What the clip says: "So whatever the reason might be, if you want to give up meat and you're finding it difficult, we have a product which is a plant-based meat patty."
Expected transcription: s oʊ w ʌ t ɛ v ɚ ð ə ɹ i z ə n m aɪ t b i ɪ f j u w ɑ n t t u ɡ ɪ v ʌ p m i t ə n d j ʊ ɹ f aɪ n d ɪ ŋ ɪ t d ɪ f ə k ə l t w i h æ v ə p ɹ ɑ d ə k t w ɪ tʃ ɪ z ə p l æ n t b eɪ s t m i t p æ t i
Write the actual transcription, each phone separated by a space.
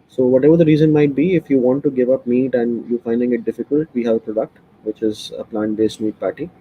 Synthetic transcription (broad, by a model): s oʊ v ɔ t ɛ v ɚ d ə ɹ i z ə n m aɪ t b i ɪ f j u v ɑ n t t u ɡ ɪ v ʌ p m i t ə n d j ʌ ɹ f aɪ n d ɪ ŋ ɪ t d ɪ f ə k ə l t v i h æ v ə p ɹ ɑ d ə k t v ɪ tʃ ɪ z ə p l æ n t b eɪ s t m i t p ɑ t i